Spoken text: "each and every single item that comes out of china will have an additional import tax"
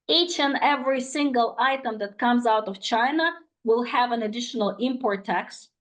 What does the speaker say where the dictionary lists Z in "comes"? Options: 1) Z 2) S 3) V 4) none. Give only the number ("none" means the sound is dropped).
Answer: 1